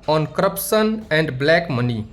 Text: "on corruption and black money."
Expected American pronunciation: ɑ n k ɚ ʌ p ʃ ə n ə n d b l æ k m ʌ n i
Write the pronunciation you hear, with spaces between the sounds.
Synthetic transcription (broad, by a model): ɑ n k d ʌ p s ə n ə n d b l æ k m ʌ n i